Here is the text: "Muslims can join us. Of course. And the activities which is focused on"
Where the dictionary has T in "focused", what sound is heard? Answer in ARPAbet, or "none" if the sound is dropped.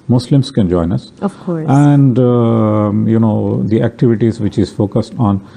T